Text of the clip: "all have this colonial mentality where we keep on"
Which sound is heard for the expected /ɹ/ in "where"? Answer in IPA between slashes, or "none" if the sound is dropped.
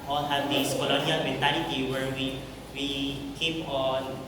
/w/